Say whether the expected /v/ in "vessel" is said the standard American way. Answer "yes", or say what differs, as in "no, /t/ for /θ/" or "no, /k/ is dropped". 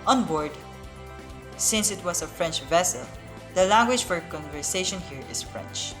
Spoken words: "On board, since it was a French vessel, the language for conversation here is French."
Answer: yes